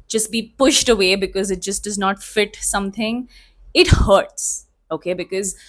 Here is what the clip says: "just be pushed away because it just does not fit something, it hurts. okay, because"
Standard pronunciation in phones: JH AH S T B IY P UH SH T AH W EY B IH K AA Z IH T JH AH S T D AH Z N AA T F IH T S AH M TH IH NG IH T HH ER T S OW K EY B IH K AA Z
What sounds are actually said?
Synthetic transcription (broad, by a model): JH AH S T B IY P UH SH T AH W EY B IH K AA Z IH T JH AH S T D AH Z N AA T F IH T S AH M T IH NG IH T HH ER T S OW K EY B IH K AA Z